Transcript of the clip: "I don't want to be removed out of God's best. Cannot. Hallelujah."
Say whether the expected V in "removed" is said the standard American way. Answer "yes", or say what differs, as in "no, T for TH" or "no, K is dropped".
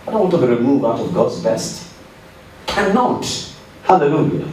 no, V is dropped